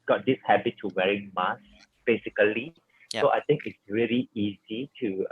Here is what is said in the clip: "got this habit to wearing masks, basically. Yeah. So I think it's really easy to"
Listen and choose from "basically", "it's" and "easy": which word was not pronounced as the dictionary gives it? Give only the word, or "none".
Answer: basically